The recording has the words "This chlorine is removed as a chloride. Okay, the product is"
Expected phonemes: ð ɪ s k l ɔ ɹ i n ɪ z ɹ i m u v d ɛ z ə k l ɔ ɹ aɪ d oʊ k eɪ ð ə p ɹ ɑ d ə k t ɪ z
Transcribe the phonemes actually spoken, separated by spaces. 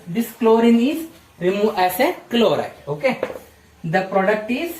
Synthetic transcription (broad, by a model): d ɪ s k l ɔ ɹ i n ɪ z ɹ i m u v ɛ s ə k l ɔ ɹ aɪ oʊ k eɪ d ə p ɹ ɑ d ə k t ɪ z